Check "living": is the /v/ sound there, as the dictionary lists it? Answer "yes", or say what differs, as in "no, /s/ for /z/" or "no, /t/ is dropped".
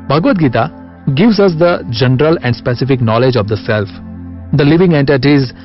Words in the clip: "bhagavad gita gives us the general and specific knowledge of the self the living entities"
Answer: yes